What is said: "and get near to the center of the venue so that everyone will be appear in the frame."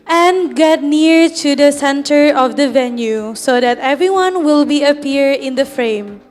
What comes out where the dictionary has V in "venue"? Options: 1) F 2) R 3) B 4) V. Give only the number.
4